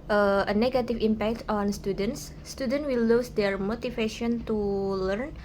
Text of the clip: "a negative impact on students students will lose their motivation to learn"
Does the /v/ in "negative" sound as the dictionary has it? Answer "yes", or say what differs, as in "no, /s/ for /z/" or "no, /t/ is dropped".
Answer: no, /f/ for /v/